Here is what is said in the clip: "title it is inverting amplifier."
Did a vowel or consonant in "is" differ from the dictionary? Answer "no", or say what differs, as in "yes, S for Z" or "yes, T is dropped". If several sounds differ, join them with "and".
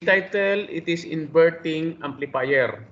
yes, S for Z